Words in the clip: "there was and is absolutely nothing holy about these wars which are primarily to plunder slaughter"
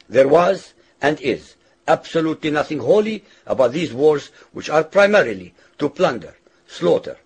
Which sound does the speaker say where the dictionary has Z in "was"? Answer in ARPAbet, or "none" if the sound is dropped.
Z